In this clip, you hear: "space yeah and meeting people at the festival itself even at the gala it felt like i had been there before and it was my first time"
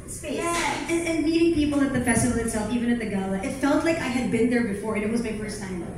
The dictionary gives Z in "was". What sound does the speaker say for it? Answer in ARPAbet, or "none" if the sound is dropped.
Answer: Z